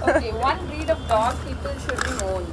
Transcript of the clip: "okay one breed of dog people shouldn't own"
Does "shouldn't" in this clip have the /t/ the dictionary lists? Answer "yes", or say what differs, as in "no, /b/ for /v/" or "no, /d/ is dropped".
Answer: no, /t/ is dropped